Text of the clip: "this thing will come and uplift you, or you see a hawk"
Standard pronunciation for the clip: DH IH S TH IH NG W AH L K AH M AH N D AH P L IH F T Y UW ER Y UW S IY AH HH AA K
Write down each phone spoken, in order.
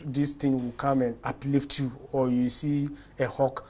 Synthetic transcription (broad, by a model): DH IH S T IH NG W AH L K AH M AH N D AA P L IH F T Y UW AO Y UW S IY AH HH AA K